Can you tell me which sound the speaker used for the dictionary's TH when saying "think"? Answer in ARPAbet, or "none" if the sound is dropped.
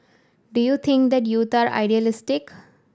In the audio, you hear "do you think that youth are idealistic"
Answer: T